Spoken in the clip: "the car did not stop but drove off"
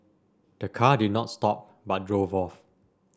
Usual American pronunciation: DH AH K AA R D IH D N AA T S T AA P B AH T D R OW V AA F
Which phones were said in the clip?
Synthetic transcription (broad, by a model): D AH K AA D IH D N AA T S T AA P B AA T D R OW V AA F